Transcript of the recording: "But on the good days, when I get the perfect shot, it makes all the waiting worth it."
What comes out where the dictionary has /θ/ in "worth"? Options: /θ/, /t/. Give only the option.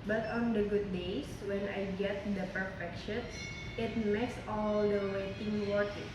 /t/